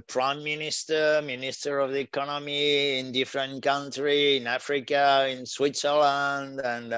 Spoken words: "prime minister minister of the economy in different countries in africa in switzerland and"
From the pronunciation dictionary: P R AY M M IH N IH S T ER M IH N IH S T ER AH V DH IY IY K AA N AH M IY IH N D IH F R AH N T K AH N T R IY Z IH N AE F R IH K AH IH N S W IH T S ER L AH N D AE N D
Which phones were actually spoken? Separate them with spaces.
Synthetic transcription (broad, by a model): P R AY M M IH N IH S T ER M IH N IH S T ER AH V DH IY IY K AA N AH M IY IH N D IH F R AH N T K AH N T R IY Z IH N AE F R IH K AH IH N S W IH T S ER L AH N D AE N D